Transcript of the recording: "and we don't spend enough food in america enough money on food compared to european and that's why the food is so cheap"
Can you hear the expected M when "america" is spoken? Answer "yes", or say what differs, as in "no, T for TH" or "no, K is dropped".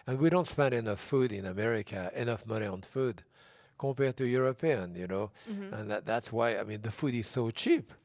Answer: yes